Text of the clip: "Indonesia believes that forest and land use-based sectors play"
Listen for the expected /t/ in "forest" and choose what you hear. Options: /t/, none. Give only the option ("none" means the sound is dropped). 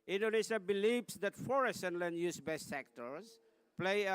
none